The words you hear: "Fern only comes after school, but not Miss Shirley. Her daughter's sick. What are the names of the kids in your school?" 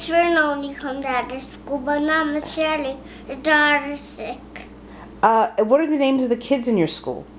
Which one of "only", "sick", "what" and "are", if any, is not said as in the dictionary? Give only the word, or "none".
only